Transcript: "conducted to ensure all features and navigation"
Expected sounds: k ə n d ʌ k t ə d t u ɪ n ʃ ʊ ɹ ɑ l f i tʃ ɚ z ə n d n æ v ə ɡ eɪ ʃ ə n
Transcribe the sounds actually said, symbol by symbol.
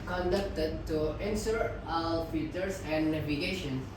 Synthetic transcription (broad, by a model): k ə n d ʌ k t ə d t u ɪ n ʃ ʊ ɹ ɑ w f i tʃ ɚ s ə n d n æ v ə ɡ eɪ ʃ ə n